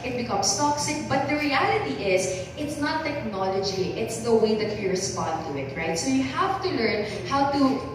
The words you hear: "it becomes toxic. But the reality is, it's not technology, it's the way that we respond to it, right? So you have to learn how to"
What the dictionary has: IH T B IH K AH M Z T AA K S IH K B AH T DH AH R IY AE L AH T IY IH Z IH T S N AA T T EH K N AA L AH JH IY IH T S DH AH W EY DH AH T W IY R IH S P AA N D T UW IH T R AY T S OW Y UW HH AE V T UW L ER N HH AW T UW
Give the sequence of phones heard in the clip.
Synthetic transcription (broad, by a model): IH T B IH K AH M S T AA K S IH K B AH T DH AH R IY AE L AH T IY IH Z IH T S N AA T T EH K N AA L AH JH IY IH T S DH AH W EY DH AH T W IY R IH S P AA N D T UW IH T R AY T S OW Y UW HH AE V T UW L ER N HH AW T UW